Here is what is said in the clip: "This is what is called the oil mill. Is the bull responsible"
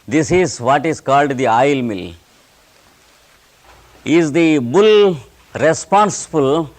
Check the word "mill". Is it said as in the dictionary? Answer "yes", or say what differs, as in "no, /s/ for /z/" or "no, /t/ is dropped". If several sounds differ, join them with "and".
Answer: yes